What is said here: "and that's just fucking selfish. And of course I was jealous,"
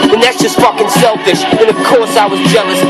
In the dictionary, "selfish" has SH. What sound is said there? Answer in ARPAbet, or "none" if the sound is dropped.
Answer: SH